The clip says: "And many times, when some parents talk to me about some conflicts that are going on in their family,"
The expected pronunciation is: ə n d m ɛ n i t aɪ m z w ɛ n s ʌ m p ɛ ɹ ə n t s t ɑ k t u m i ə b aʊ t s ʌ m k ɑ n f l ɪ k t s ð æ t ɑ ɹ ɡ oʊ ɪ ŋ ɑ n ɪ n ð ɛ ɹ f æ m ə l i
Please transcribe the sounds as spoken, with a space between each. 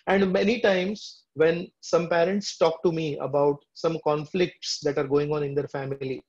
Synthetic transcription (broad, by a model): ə n d m ɛ n i t aɪ m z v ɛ n s ʌ m p ɛ ɹ ə n t s t ɑ k t u m i ə b aʊ t s ʌ m k ɑ n f l ɪ k t s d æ t ɑ ɹ ɡ oʊ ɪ ŋ ɑ n ɪ n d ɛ ɹ f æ m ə l i